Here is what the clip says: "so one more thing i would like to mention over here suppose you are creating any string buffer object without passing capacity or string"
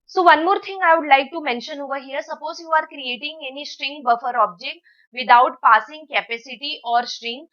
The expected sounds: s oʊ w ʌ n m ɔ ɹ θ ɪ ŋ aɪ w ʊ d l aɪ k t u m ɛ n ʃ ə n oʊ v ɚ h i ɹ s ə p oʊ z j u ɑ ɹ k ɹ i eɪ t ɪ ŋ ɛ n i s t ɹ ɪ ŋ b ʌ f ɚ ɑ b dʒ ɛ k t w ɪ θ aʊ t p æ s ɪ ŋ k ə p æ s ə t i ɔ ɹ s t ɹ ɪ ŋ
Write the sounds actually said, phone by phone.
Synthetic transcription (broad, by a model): s oʊ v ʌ n m ɔ ɹ t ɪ ŋ aɪ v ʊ d l aɪ k t u m ɛ n ʃ ə n oʊ v ɚ h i ɹ s ə p oʊ z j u ɑ ɹ k ɹ i eɪ t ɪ ŋ ɛ n i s t ɹ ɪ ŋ b ʌ f ɚ ɑ b dʒ ɛ k t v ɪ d aʊ t p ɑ s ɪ ŋ k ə p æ s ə t i ɔ ɹ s t ɹ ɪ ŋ